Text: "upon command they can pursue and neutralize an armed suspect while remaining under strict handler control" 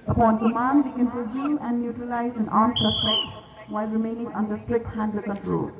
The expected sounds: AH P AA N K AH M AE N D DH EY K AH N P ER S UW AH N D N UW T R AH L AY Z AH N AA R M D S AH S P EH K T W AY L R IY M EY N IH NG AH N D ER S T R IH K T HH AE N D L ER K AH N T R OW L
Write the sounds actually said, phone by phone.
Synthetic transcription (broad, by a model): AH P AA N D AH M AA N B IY K AH N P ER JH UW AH N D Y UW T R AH L AY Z AH N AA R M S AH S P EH T W AY L R IY M EY N IH NG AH N D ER S T R IH K T HH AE N D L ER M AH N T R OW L